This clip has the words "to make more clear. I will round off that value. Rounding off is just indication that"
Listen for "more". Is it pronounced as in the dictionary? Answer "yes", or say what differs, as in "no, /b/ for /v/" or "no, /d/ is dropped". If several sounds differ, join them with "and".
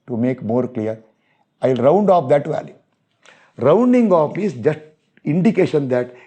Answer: yes